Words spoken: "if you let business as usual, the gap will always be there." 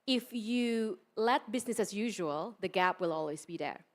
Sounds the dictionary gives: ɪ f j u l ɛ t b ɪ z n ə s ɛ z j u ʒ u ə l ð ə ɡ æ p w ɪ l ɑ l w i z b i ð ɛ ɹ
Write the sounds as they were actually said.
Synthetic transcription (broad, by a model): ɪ f j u l ɛ t b ɪ z n ə s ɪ z j u ʒ u ə l ð ə ɡ æ p w ɪ l ɑ l w i z b i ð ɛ ɹ